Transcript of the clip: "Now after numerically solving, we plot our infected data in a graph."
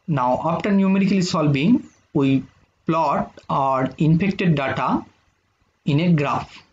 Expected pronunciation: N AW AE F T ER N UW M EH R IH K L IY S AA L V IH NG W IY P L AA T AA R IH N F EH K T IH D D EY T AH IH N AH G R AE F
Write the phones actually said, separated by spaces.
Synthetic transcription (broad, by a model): N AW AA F T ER N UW M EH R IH K L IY S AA L B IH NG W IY P L AA T AA R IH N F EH K T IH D D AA T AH IH N AH G R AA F